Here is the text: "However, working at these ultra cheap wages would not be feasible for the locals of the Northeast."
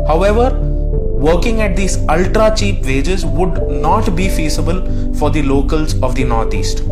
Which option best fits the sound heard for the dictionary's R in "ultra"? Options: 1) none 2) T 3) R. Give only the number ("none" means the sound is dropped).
3